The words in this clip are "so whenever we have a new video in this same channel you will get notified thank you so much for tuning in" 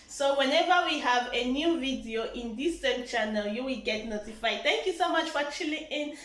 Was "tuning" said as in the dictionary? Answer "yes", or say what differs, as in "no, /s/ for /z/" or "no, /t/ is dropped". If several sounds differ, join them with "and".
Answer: no, /l/ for /n/